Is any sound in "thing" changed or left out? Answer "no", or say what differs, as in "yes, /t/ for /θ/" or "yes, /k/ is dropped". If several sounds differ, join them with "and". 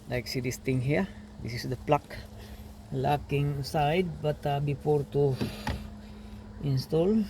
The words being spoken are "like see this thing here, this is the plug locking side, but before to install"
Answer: yes, /t/ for /θ/